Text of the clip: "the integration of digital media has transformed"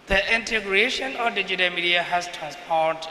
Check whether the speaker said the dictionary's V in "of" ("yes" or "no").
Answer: no